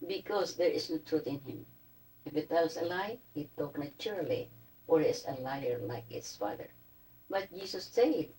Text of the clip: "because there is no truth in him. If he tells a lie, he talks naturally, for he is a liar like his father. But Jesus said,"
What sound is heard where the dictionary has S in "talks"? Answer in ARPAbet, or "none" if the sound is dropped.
none